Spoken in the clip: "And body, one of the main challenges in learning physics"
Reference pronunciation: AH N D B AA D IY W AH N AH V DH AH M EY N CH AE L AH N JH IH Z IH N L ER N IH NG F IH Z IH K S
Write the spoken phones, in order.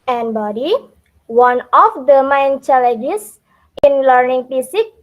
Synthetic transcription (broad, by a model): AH N B AA D IY W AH N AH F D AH M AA N CH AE L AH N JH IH S IH N L ER N IH NG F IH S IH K